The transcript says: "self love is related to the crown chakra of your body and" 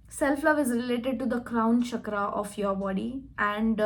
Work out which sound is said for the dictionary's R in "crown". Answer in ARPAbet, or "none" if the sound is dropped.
R